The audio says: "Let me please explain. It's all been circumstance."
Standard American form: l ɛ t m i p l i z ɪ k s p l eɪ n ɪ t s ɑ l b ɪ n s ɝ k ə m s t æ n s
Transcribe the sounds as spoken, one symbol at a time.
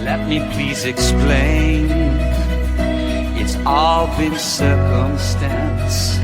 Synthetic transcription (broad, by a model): l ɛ t m i p l i z ɪ k s p l eɪ n ɪ t s ɑ l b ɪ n s ɝ k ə m s t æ n s